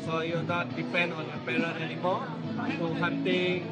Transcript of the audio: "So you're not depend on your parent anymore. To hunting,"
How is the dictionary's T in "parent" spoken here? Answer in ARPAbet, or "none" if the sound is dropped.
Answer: none